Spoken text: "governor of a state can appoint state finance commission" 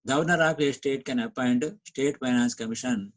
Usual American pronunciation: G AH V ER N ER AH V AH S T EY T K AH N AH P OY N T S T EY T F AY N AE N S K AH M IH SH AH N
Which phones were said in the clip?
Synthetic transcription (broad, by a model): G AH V N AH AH P AH S T EY T K AH N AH P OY N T S T EY T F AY N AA N S K AH M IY SH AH N